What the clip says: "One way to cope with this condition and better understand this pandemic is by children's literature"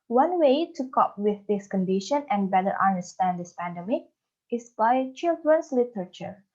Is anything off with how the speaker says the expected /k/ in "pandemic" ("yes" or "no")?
no